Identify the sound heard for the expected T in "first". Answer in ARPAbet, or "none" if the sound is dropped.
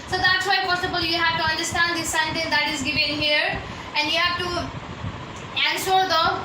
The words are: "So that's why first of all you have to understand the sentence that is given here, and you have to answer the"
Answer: none